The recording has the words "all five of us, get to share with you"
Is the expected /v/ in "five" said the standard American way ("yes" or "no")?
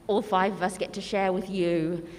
yes